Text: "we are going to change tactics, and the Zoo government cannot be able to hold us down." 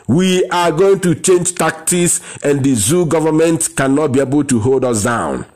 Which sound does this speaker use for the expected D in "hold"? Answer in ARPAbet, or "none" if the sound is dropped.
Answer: D